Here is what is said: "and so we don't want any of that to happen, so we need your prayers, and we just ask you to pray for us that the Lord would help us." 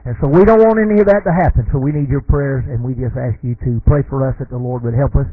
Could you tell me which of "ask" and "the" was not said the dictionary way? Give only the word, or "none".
none